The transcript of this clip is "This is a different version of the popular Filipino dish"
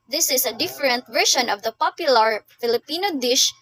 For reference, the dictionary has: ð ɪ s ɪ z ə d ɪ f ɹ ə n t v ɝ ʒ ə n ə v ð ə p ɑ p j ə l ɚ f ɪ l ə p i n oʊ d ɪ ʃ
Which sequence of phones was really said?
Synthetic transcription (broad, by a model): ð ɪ s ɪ s ə d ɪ f ɹ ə n t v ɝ ʃ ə n ə v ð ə p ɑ p j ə l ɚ f ɪ l ə p i n oʊ d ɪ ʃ